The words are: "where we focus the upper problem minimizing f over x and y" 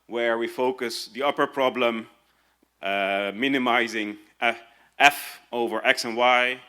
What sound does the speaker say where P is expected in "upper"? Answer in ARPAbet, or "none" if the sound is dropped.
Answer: P